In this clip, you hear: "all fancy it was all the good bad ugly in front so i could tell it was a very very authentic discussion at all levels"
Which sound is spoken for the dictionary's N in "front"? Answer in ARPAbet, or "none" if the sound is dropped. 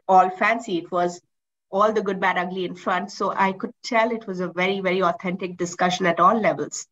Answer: N